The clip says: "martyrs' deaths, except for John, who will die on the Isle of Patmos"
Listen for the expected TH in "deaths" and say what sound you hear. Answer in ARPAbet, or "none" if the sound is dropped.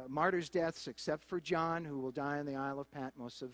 TH